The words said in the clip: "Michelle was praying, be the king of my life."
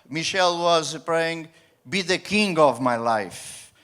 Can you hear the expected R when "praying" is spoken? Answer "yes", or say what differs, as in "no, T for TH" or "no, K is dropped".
yes